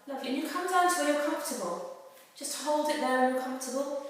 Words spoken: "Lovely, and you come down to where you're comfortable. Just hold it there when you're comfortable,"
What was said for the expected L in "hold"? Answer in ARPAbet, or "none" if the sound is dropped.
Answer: L